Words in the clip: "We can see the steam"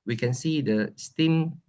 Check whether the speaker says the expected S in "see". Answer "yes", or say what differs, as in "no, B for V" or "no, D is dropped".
yes